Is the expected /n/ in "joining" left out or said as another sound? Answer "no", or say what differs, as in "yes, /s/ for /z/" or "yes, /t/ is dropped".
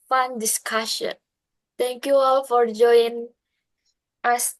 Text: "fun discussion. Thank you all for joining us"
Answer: yes, /n/ is dropped